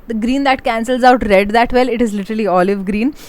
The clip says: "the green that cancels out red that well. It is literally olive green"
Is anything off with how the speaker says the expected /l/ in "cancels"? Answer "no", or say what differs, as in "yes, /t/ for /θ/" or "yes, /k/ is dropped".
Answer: no